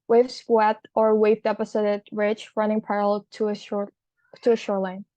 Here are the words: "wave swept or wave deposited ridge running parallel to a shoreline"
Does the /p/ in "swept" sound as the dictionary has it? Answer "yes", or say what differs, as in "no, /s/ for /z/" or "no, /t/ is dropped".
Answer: no, /p/ is dropped